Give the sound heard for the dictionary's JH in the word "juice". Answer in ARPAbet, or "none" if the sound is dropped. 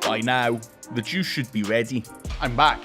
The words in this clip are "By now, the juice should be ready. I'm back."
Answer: CH